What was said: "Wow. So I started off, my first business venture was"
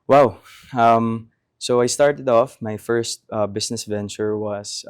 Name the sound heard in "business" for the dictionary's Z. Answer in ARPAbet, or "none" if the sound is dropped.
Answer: S